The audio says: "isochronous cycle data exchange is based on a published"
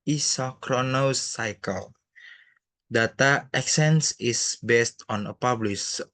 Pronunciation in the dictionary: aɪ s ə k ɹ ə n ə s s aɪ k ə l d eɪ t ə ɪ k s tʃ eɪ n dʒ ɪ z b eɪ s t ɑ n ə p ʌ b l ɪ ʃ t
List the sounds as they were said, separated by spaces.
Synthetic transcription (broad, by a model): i s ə k ɹ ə n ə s s aɪ k ə l d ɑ t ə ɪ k s eɪ n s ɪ s b eɪ s t ɑ n ə p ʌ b l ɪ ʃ